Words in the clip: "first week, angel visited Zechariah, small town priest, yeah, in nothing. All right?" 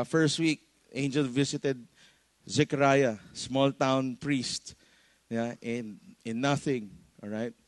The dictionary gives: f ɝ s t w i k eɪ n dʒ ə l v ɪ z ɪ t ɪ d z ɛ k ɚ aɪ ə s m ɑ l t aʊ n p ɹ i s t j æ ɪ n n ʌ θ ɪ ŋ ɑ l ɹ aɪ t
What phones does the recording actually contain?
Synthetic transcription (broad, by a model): f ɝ s t w i k eɪ n dʒ ə l v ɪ s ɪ t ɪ d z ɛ k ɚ aɪ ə s m ɑ l t aʊ n p ɹ i s t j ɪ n n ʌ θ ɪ ŋ ɑ l ɹ aɪ t